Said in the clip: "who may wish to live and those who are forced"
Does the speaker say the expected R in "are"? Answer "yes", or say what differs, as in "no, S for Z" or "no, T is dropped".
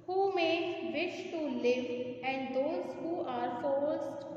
yes